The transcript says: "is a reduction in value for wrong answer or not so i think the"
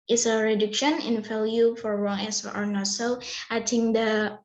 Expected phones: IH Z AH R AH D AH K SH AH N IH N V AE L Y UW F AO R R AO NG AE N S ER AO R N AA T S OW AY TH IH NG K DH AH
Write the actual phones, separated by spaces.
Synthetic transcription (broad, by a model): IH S AH R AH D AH K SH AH N IH N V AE L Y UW F AO R R AO NG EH S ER AO R N AA T S OW AY T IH NG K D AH